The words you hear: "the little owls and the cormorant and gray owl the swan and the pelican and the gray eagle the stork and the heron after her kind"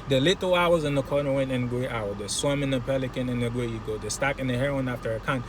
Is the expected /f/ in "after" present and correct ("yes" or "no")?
yes